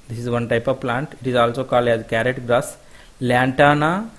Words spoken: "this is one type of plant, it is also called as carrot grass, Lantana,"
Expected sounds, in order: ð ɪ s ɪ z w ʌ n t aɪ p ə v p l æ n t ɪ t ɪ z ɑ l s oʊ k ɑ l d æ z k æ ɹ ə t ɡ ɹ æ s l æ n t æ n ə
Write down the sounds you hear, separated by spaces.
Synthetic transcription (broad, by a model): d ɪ s ɪ z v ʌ n t aɪ p ə v p l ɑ n t ɪ t ɪ z ɑ l s oʊ k ɑ l d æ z k æ ɹ ə t ɡ ɹ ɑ s l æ n t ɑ n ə